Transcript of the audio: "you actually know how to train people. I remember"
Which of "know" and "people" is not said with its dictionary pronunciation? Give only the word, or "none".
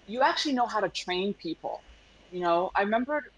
people